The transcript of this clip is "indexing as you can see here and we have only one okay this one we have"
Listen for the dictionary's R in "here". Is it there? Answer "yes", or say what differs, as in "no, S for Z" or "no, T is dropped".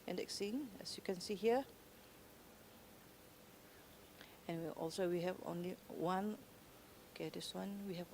no, W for R